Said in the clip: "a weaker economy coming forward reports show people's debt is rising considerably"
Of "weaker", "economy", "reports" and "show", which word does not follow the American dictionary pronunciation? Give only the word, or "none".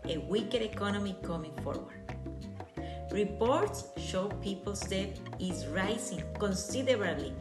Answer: none